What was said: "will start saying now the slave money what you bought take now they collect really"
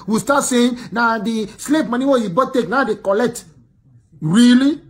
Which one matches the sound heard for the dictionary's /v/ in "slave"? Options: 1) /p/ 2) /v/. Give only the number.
1